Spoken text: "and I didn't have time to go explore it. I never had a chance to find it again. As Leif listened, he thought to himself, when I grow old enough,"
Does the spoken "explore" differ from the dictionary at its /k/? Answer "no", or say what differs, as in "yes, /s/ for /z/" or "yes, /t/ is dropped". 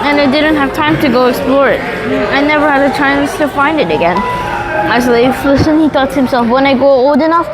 no